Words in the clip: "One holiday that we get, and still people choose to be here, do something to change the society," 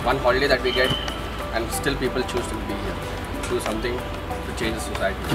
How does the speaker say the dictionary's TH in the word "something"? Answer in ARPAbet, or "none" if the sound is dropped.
T